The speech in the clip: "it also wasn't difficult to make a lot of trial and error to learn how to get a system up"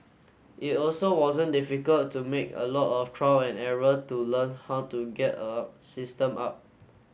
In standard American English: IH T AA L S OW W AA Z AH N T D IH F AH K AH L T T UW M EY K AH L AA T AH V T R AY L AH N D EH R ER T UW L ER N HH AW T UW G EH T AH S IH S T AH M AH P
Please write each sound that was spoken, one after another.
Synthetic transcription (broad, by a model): IH T AA L S OW W AA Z AH N D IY F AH K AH L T T UW M EY K AH L AA T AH F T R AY W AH N EH R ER T UW L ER N HH AW T UW G EH T AH S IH S T AH M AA P